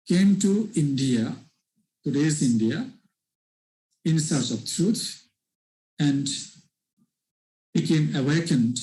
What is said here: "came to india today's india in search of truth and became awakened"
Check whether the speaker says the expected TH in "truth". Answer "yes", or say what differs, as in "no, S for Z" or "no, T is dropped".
no, T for TH